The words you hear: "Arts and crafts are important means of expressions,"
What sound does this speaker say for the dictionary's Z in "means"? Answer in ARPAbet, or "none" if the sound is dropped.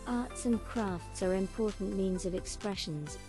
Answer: Z